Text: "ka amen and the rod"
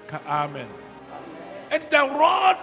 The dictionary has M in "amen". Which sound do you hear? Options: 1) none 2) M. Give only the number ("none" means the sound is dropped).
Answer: 2